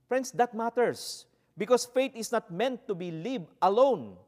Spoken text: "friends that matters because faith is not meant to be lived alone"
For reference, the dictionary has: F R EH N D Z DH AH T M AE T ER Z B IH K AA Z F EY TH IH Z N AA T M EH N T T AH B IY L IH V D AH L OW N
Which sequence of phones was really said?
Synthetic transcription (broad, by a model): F R EH N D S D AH T M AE T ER S B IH K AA S F EY T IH S N AA T M EH N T T AH B IY L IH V AH L OW N